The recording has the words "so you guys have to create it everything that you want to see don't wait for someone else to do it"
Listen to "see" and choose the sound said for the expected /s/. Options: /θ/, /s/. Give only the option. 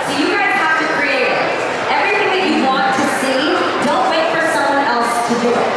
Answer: /s/